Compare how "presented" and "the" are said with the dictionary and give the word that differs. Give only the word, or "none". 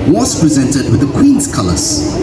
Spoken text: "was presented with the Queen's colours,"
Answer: none